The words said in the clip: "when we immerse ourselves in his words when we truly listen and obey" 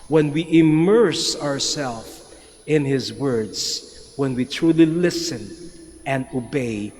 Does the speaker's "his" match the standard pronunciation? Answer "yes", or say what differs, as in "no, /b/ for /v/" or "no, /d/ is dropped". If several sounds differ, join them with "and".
yes